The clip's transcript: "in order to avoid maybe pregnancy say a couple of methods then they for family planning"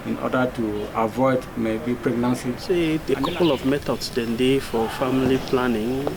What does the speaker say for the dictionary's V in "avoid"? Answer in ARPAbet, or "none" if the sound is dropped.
V